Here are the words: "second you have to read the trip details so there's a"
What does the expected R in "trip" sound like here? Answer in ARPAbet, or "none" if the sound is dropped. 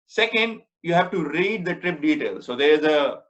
R